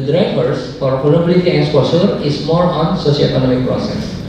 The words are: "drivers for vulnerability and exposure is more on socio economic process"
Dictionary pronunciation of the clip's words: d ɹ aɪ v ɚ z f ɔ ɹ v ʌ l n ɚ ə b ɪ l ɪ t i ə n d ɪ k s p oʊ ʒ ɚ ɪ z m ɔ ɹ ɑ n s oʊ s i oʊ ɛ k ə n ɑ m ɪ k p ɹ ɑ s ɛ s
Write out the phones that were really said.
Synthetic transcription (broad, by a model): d ɹ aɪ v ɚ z f ɔ ɹ p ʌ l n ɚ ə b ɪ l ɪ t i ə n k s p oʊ s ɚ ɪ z m ɔ ɹ ɑ n s oʊ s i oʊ ɛ k ə n ɑ m ɪ k p ɹ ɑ s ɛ s